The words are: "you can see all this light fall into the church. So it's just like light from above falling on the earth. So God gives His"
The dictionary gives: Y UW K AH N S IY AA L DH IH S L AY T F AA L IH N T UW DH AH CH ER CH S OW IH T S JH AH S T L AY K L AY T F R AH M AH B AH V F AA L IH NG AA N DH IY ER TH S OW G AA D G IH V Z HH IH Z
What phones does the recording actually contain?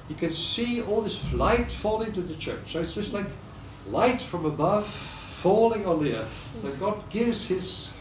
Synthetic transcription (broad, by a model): Y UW K AH N S IY AA L DH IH S L AY T F AA L IH N T UW DH AH CH ER CH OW IH T S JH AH S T L AY K L AY T F R AH M AH B AH V F AA L IH NG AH N DH IY ER TH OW G AA D G IH V Z HH IH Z